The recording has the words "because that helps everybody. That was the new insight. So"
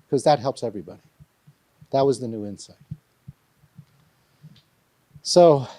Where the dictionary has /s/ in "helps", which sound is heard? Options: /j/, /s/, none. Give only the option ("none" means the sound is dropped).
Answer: /s/